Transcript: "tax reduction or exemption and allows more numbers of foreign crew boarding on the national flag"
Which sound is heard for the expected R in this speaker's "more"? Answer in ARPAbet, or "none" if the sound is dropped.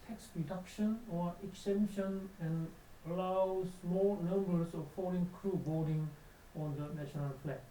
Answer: L